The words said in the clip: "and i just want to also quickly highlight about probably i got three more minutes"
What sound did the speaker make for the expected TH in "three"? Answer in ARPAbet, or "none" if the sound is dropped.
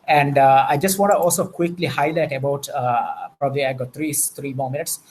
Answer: T